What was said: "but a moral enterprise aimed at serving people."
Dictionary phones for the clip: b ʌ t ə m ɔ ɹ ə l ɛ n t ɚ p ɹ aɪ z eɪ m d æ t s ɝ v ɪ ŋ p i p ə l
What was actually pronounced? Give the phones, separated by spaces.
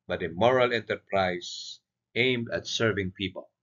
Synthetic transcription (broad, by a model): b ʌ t ə m ɔ ɹ ə l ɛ n t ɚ p ɹ aɪ s eɪ m d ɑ t s ɝ v ɪ ŋ p i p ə l